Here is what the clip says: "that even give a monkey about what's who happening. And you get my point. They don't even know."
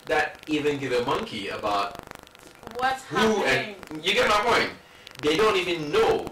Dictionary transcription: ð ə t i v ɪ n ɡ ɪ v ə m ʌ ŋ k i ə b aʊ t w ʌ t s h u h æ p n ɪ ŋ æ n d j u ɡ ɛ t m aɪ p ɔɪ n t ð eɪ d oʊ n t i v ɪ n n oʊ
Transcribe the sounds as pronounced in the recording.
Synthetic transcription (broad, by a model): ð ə t i v ɪ n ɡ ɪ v ə m ʌ ŋ k i ə b aʊ t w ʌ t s h u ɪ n j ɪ ɡ ɛ t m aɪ p ɔɪ n t ð eɪ d oʊ n t i v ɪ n n oʊ